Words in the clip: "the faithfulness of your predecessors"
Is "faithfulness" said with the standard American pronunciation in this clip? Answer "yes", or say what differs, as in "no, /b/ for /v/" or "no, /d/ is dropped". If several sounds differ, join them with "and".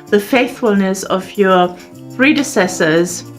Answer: yes